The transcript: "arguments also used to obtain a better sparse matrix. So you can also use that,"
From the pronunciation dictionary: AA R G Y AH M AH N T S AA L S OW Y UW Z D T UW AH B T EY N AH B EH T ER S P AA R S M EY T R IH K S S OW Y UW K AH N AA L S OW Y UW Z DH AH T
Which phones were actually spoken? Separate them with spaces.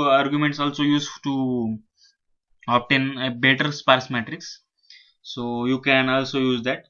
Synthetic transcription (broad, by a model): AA R G Y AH M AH N T S AA L S OW Y UW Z T UW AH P T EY N B EH T ER S P AA R S M EY T R IH K S S OW Y UW K AH N AA L S OW Y UW Z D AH T